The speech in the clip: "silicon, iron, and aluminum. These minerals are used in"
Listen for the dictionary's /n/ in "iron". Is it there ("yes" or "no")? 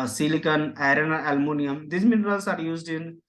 no